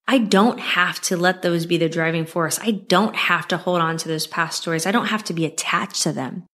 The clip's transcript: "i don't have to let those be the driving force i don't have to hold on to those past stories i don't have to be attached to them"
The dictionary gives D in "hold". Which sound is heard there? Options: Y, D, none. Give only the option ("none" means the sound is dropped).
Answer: D